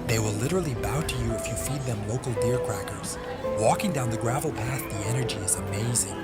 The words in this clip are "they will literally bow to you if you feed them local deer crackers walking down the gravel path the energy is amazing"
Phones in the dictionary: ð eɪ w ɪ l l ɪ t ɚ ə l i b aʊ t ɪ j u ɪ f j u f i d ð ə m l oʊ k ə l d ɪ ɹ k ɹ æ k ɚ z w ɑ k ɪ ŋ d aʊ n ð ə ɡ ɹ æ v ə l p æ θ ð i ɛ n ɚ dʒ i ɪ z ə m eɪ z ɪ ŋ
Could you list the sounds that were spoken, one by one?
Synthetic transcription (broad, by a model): ð eɪ w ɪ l l ɪ t ɚ l i b aʊ t ɪ j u ɪ f j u f i d ð ə m l oʊ k l d ɪ ɹ k ɹ æ k ɚ z w ɑ k ɪ ŋ d aʊ n ð ə ɡ ɹ æ v l p æ θ ð i ɛ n ɚ dʒ i ɪ z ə m eɪ z ɪ ŋ